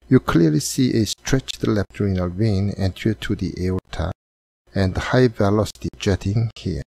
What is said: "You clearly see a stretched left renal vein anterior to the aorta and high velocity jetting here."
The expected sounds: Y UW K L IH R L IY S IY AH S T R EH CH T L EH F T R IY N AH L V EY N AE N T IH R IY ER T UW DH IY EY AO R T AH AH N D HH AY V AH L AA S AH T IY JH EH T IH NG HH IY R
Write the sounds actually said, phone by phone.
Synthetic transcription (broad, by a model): Y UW K L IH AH L IY S IY AH S T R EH CH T L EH P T R IY N AH L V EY N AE N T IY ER T UW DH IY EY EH L T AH AH N D HH AY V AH L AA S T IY JH EH T IH NG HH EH